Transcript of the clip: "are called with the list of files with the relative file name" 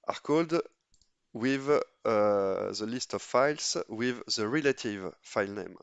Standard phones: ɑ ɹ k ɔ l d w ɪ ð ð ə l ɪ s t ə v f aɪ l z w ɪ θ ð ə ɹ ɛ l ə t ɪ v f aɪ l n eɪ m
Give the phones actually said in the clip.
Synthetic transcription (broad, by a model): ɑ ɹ k ɔ l d w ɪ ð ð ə l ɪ s t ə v f aɪ l s w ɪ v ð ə ɹ ɛ l ə t ɪ v f aɪ l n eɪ m